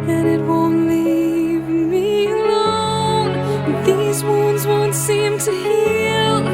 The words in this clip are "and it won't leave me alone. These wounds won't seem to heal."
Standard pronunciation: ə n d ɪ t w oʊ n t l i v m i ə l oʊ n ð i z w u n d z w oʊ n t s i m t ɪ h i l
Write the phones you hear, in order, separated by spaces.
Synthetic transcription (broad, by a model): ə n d ɪ t w oʊ n t l i v m i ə l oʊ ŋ ð i z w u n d z w oʊ n t s i m t ɪ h i l